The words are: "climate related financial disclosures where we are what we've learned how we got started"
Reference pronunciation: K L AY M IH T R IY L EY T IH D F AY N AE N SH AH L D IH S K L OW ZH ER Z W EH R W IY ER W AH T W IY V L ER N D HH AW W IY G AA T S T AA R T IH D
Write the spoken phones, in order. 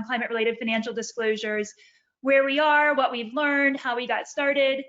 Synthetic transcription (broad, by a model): K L AY M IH T R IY L EY T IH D F AY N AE N SH L D IH S K L OW ZH ER Z W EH R W IY ER W AH T W IY V L ER N D HH AW W IY G AA T S T AA R T IH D